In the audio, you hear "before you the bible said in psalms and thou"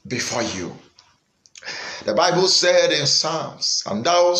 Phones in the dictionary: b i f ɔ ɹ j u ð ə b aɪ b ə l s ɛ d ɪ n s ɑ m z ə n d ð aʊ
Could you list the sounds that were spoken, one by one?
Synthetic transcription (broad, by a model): b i f ɔ j u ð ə b aɪ b ə l s ɛ d ɪ n s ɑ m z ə n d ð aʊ